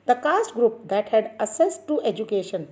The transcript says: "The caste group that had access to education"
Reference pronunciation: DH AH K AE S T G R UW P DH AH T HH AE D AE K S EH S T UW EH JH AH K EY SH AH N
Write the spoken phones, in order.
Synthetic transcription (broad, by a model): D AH K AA S T G R UW P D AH T HH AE D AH S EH S T UW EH JH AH K EY SH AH N